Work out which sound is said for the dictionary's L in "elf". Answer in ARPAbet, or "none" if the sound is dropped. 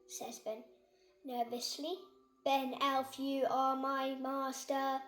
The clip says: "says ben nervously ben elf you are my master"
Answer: L